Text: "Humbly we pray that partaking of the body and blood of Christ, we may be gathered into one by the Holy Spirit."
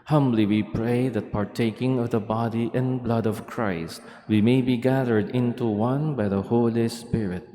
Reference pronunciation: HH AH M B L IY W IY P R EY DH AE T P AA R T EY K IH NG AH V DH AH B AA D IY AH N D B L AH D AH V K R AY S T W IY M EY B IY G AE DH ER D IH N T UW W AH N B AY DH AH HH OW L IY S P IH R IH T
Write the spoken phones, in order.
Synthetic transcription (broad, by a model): HH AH M B L IY W IY P R EY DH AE T P AA R T EY K IH NG AH V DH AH B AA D IY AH N B L AH D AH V K R AY S T W IY M EY B IY G AE DH ER D IH N T UW W AH N B AY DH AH HH OW L IY S P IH R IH T